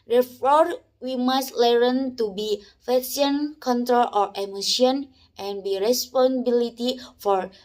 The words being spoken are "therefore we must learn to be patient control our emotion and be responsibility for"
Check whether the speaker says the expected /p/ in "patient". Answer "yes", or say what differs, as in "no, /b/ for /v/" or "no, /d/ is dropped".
no, /f/ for /p/